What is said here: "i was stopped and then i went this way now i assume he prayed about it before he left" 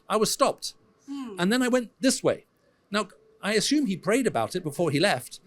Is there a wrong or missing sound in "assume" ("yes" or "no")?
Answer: no